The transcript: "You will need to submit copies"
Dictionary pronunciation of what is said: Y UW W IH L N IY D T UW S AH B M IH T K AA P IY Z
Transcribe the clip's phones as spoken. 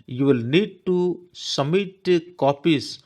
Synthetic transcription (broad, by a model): Y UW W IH L N IY D T UW S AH M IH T K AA P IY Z